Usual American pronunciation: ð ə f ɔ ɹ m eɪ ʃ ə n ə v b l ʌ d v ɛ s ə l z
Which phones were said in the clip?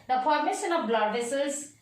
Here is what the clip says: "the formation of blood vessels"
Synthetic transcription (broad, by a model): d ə p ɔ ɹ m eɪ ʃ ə n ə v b l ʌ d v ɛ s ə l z